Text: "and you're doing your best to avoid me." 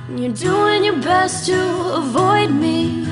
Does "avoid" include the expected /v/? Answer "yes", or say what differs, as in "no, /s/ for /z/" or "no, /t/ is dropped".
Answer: yes